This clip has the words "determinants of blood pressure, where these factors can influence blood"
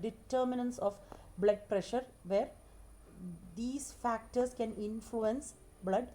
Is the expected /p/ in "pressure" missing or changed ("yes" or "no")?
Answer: no